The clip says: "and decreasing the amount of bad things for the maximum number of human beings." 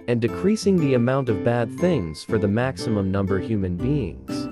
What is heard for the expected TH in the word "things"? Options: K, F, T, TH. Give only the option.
TH